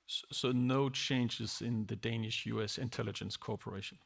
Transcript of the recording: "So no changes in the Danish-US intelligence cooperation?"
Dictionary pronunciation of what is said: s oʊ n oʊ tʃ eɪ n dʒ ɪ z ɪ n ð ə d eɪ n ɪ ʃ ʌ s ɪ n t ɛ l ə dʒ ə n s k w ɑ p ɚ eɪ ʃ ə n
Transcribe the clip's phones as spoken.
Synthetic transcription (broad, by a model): s oʊ n oʊ tʃ eɪ n dʒ ɪ z ɪ n ð ə d eɪ n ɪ ʃ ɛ s ɪ n t ɛ l ə dʒ ə n s k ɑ p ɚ eɪ ʃ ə n